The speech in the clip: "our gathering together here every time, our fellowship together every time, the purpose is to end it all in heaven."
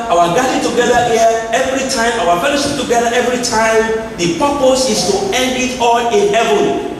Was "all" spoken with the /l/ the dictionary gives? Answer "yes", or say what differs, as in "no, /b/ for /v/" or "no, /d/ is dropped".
no, /n/ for /l/